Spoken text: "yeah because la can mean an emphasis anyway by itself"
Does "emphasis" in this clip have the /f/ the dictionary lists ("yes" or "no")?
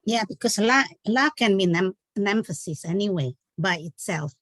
yes